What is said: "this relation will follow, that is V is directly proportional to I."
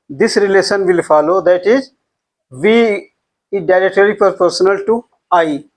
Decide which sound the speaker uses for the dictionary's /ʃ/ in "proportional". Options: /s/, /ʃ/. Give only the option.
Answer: /s/